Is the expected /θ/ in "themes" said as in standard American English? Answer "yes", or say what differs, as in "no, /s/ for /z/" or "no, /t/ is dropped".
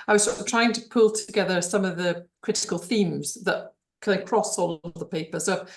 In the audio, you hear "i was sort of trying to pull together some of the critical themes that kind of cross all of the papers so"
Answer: yes